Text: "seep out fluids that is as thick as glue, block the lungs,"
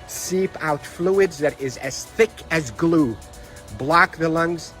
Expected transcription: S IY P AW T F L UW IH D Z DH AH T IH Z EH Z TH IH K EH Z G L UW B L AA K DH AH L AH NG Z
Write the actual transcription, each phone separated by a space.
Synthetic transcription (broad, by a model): S IY P AW T F L UW IH D Z DH AH T IH Z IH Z TH IH K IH Z G L UW B L AA K DH AH L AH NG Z